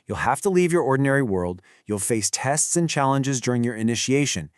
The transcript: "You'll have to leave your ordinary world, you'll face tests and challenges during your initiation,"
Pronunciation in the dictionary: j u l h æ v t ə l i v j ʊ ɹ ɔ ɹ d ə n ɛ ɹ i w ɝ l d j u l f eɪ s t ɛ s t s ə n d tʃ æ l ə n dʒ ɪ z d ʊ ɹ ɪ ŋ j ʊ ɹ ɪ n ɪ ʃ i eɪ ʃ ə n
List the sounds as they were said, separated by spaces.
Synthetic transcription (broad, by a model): j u l h æ f t ə l i v j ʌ ɹ ɔ ɹ d n ɛ ɹ i w ɝ l d j u l f eɪ s t ɛ s t s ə n tʃ æ l ə n dʒ ɪ z d ʊ ɹ ɪ ŋ j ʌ ɹ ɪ n ɪ ʃ i eɪ ʃ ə n